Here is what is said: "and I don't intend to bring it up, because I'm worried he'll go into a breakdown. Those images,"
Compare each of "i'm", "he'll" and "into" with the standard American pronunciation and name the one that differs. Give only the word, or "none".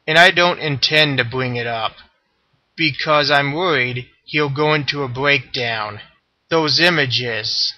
none